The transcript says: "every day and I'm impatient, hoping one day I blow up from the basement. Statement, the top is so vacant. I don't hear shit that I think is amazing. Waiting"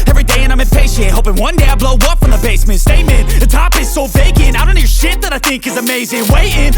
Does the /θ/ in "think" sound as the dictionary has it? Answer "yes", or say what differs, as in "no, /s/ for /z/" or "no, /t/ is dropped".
yes